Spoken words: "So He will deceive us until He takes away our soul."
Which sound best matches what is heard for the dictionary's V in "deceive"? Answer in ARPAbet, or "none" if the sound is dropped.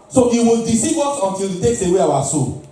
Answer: B